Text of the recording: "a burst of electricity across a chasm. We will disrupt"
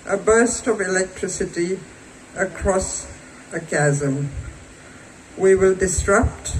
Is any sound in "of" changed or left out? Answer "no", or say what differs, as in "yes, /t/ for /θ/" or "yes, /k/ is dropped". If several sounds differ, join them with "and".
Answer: no